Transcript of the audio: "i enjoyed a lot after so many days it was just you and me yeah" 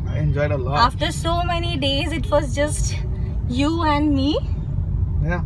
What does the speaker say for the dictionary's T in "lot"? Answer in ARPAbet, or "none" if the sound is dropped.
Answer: none